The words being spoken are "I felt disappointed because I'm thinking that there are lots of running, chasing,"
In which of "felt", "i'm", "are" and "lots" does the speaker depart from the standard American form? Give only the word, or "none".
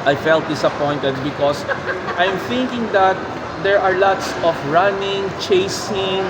none